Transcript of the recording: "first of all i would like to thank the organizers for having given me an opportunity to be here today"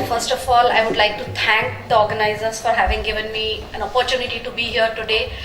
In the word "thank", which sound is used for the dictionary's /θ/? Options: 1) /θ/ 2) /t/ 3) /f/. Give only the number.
2